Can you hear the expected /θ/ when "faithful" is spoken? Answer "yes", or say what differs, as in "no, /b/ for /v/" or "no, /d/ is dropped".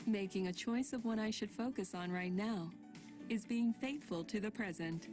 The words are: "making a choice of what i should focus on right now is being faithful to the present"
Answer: yes